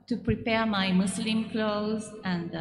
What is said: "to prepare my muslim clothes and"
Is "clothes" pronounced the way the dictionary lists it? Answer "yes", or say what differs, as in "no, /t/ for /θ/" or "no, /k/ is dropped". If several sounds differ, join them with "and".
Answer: yes